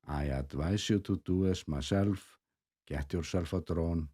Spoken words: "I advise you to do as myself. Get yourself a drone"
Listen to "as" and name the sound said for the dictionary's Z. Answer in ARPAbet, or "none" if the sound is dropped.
S